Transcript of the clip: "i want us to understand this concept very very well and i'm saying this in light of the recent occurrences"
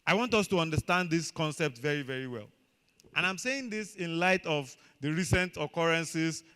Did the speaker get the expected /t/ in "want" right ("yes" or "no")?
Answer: yes